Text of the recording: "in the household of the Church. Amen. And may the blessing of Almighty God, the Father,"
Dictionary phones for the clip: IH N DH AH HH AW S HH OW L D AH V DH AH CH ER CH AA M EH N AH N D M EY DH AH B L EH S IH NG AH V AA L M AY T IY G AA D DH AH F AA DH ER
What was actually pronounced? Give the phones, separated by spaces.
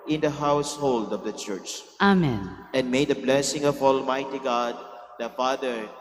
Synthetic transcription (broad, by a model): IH N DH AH HH AW S HH OW L D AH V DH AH CH ER CH AA M EH N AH N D M EY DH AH B L EH S IH NG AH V AA L M AY T IY G AA D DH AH F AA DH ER